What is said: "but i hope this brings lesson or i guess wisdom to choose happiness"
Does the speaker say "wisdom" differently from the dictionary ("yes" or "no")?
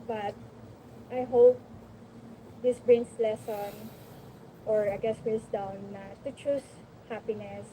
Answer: yes